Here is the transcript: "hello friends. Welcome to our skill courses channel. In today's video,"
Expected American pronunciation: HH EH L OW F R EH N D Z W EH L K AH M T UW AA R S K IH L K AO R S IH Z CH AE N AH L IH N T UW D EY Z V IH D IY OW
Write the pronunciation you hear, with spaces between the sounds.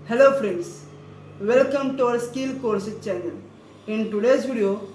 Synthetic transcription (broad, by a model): HH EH L OW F R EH N D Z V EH L K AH M T UW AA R S K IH L K AO R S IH CH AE N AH L IH N T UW D EY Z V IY D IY OW